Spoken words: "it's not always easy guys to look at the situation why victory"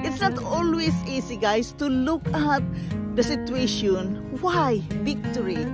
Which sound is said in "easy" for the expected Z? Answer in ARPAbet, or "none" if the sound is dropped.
S